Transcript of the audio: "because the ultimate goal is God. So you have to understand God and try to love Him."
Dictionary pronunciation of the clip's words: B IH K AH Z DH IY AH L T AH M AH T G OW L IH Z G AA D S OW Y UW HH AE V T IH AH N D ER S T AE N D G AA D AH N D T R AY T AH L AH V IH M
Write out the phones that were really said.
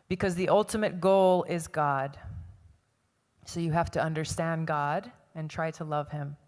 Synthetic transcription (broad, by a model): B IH K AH Z DH IY AH L T AH M AH T G OW L IH Z G AA D S OW Y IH HH AE F T IH AH N D ER S T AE N G AA D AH N T R AY T AH L AH V IH M